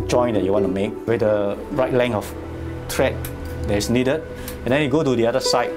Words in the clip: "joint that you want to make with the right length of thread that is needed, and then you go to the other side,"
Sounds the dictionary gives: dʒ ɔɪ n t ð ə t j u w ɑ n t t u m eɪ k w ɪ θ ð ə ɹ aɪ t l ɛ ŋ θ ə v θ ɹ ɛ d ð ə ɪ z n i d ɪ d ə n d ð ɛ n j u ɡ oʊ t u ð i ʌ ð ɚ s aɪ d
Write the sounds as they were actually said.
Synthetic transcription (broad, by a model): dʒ ɔɪ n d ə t j u w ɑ n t t u m eɪ k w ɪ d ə ɹ aɪ t l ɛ ŋ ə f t ɹ ɛ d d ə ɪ s n i d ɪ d ə n d ɛ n j u ɡ oʊ t u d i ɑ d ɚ s aɪ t